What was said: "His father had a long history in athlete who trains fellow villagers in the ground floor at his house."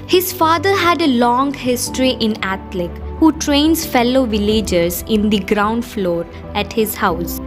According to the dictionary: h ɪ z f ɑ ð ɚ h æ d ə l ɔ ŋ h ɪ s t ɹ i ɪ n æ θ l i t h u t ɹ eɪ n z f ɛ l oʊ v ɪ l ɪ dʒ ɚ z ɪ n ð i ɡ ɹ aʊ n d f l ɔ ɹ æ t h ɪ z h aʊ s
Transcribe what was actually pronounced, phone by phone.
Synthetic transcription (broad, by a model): h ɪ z f ɑ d ɚ h æ d ə l ɔ ŋ h ɪ s t ɹ i ɪ n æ t l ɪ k h u t ɹ eɪ n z f ɛ l oʊ v ɪ l ɪ dʒ ɚ z ɪ n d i ɡ ɹ aʊ n d f l ɔ ɹ æ t h ɪ z h aʊ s